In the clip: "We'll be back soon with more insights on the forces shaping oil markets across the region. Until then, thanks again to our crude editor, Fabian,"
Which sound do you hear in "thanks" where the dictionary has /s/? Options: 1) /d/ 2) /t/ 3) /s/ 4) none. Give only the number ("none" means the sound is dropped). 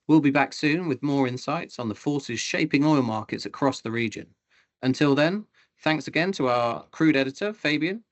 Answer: 3